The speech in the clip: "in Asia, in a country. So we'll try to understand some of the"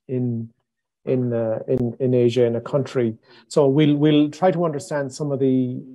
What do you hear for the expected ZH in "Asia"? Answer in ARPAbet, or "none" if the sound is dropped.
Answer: ZH